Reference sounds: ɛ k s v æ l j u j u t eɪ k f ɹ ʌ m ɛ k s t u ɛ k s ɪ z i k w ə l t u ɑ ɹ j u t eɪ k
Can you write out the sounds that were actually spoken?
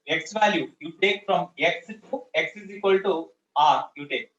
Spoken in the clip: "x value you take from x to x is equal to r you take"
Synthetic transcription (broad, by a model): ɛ k s v æ l j u j u t eɪ k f ɹ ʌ m ɛ k s t u ɛ k s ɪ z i k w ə l t u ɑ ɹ j u t eɪ k